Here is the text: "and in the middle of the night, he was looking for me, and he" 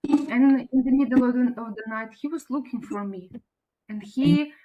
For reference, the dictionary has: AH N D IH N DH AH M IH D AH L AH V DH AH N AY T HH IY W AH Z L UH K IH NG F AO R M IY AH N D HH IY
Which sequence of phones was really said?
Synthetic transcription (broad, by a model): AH N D IH N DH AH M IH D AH N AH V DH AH N AY T HH IY W AH Z L UH K IH NG F AO R M IY AH N D HH IY